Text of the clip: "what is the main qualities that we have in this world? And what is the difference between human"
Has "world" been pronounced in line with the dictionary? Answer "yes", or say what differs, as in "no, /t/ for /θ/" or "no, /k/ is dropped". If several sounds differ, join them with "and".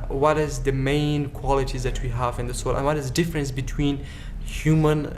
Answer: no, /d/ is dropped